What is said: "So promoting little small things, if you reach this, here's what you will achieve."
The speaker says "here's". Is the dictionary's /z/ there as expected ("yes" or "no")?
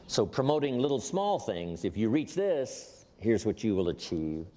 yes